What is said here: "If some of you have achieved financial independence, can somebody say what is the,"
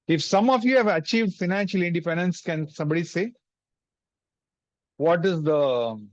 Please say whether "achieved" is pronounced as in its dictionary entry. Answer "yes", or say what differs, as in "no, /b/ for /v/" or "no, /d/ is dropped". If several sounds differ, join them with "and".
yes